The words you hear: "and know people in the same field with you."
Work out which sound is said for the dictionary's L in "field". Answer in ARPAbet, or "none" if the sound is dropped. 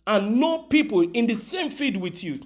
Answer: none